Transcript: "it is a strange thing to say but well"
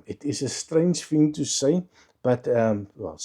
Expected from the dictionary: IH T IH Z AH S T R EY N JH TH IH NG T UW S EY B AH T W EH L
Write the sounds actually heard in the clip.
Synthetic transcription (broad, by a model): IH T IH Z AH S T R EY N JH F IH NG T UW S EY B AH T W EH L